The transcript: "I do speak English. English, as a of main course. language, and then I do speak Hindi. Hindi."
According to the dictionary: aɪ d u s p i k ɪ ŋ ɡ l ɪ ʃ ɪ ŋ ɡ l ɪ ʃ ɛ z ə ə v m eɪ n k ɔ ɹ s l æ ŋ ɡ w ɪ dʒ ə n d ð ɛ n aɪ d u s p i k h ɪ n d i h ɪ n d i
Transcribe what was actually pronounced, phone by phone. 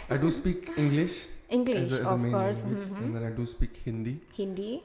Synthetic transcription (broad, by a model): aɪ d u s p i k ɪ ŋ ɡ l ɪ ʃ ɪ ŋ ɡ l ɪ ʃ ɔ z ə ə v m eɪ k ɔ ɹ s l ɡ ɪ ə n d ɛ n aɪ d u s p i k h ɪ n d i h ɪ n d i